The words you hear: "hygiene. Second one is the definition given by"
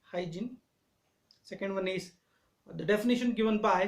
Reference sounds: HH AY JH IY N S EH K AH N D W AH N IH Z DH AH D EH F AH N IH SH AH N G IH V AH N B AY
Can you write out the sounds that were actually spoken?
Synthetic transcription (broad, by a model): HH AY JH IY N S EH K AH N D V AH N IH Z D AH D EH F AH N IH SH AH N G IH V AH N B AY